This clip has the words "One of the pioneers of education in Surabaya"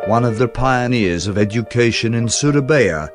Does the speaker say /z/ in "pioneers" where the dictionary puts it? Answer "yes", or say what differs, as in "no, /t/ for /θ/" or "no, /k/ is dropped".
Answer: yes